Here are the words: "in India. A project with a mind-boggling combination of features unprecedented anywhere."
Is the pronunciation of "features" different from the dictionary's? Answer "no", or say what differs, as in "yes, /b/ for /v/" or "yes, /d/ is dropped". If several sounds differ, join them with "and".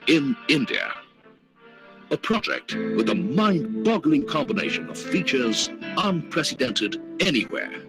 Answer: no